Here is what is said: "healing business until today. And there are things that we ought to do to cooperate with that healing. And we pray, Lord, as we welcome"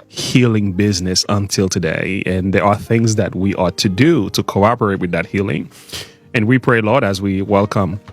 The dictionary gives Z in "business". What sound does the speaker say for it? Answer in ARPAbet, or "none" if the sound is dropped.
Z